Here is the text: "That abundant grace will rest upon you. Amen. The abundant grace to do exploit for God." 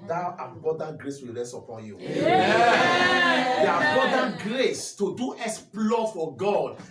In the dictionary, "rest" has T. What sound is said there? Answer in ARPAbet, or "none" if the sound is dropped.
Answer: none